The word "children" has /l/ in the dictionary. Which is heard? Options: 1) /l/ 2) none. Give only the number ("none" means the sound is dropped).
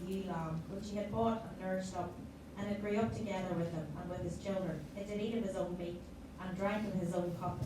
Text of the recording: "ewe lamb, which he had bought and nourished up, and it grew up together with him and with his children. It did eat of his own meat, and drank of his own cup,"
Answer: 1